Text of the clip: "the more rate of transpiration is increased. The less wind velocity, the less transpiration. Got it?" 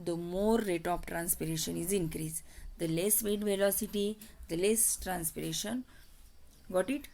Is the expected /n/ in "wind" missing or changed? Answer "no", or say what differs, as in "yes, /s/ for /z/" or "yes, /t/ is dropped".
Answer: yes, /n/ is dropped